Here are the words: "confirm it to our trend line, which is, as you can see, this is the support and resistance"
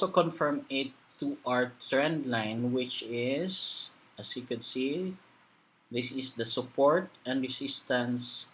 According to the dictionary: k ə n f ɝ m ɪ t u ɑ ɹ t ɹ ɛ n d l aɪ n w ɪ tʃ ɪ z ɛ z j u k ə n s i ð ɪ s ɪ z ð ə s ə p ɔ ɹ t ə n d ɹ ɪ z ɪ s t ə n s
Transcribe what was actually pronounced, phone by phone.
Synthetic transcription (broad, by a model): k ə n f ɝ m ɪ t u ɑ ɹ t ɹ ɛ n d l aɪ n w ɪ tʃ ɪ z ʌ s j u k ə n s i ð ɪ s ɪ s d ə s ə p ɔ ɹ t ə n d ɹ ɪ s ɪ s t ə n s